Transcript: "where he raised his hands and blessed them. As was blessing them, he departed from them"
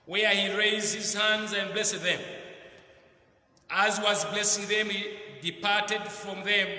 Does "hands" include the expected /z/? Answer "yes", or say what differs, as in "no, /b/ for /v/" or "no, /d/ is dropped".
yes